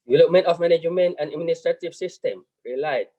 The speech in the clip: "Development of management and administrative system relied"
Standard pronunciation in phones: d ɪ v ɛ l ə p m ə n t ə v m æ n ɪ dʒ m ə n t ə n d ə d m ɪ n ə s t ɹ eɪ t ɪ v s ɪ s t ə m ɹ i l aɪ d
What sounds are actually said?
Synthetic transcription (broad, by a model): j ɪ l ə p m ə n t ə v m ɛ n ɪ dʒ m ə n ə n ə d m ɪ n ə s t ɹ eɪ t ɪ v s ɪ s t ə m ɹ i l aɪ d